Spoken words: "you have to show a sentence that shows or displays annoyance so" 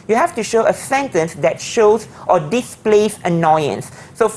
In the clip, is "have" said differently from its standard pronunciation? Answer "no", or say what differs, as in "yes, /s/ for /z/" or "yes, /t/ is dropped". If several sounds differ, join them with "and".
yes, /f/ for /v/